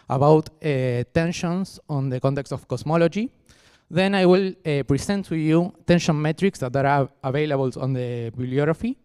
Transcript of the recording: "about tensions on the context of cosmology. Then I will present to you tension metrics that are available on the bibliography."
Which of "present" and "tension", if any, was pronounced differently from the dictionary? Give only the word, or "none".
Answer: present